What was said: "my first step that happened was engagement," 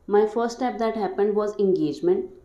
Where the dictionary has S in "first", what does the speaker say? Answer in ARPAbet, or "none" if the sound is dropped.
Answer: none